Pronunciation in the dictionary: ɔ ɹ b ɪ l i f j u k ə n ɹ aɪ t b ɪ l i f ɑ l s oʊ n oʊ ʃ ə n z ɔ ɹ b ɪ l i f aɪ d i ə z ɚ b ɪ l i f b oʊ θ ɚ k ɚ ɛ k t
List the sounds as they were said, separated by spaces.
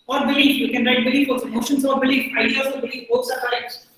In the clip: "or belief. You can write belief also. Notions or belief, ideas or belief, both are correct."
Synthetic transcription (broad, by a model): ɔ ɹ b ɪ l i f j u k ə n ɹ aɪ t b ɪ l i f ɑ s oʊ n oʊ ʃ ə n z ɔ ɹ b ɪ l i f aɪ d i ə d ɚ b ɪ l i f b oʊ s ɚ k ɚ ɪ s